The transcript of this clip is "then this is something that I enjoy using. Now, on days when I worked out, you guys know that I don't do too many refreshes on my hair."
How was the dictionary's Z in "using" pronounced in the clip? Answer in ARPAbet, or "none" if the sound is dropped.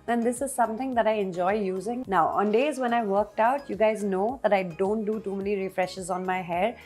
Z